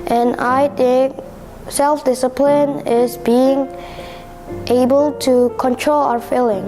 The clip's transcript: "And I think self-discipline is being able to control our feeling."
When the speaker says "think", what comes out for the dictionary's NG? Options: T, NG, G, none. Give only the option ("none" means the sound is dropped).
none